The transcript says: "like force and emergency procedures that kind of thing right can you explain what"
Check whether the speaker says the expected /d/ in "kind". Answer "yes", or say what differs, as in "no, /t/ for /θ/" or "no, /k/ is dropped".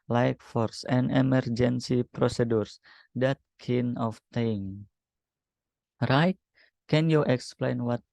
no, /d/ is dropped